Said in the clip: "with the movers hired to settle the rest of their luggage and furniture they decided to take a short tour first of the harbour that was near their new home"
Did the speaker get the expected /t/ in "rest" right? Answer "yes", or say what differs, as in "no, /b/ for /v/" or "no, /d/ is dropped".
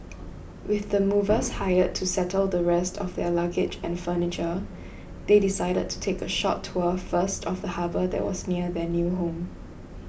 yes